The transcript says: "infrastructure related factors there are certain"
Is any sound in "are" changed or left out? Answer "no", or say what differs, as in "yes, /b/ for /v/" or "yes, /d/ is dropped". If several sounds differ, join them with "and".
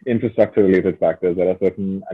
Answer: yes, /l/ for /ɹ/